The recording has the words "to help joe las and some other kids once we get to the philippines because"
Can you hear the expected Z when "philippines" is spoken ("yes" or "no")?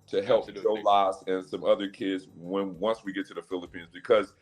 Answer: yes